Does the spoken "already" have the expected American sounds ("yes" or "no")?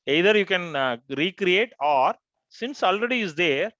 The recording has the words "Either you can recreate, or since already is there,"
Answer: yes